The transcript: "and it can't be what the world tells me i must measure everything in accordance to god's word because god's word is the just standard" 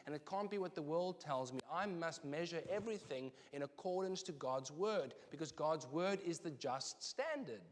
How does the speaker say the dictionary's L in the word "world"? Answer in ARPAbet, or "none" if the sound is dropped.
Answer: L